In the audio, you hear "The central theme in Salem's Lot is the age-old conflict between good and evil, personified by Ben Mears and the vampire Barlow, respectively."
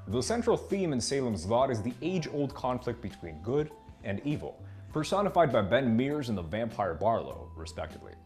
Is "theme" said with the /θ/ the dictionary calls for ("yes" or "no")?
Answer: yes